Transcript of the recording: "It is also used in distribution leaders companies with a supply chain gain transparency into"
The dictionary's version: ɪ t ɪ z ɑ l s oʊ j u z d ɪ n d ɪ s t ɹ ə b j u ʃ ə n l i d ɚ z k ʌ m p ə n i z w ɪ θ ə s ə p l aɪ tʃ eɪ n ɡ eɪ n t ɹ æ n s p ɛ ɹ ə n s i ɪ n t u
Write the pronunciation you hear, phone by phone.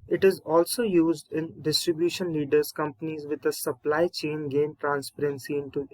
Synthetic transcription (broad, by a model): ɪ t ɪ z ɑ l s oʊ j u z d ɪ n d ɪ s t ɹ ə b j u ʃ ə n l i d ɚ z k ʌ m p ə n i z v ɪ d ə s ə p l aɪ tʃ eɪ n ɡ eɪ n t ɹ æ n s p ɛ ɹ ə n s i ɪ n t u